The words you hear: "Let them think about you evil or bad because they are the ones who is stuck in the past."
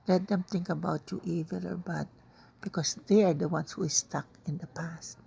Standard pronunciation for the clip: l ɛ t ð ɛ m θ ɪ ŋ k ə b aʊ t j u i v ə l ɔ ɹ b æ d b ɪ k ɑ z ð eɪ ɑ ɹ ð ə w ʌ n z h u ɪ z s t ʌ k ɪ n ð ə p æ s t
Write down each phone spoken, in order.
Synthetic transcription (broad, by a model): l ɛ t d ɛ m t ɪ ŋ k ə b aʊ t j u i v ə l ɔ ɹ b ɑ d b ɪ k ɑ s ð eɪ ɑ ɹ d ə w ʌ n s h u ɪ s t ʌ k ɪ n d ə p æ s t